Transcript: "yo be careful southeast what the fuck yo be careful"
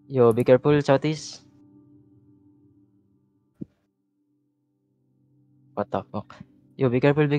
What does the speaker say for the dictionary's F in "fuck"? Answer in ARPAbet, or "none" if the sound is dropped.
P